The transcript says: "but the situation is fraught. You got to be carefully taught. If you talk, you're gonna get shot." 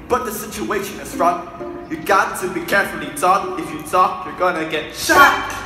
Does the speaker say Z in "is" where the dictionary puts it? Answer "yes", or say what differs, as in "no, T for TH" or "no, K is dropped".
no, S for Z